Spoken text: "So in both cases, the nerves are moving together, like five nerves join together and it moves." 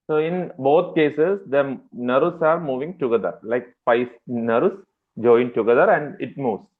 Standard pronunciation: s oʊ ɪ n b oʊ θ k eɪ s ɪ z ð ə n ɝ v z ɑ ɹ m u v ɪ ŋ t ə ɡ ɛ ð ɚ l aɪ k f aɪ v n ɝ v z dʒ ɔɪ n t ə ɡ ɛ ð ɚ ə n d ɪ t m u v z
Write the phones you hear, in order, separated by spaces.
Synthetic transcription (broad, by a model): s oʊ ɪ n b oʊ t k eɪ s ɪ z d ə n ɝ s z ɑ ɹ m u v ɪ ŋ t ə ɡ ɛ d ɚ l aɪ k p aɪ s n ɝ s dʒ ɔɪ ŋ t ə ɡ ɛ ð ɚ ə n d ɪ t m u v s